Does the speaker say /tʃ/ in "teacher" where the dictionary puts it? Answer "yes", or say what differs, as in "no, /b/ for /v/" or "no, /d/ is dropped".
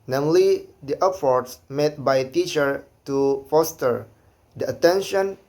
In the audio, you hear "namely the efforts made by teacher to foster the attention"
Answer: yes